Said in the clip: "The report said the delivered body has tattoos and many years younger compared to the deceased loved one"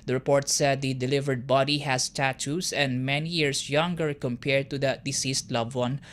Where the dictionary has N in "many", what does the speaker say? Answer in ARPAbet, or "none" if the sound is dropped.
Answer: N